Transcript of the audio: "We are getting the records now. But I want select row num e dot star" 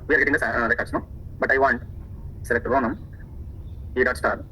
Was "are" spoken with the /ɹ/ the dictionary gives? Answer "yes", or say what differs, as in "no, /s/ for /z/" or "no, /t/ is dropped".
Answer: yes